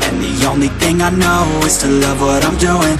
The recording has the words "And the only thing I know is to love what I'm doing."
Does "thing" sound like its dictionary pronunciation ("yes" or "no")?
yes